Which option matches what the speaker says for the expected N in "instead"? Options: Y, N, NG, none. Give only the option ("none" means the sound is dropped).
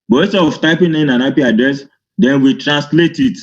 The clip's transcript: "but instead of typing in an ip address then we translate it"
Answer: none